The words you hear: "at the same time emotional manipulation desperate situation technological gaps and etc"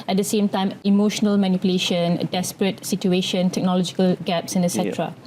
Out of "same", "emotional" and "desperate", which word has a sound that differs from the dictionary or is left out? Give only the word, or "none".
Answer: none